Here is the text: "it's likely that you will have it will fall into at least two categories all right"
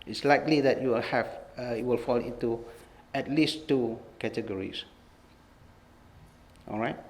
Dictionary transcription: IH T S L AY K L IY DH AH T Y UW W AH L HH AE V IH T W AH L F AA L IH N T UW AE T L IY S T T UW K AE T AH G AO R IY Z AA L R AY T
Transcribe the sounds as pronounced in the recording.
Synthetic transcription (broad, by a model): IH T S L AY K L IY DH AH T Y UW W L HH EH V IH T W AH L F AA L IH N T UW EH T L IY S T T UW K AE T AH G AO R IY S AA L R AY T